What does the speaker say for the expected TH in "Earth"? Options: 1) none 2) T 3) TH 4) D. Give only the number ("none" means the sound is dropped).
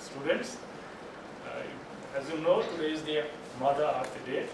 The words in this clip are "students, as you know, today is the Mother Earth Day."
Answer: 2